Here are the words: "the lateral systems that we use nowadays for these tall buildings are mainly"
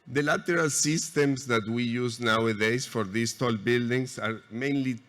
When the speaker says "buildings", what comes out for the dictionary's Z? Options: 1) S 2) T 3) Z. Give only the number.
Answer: 1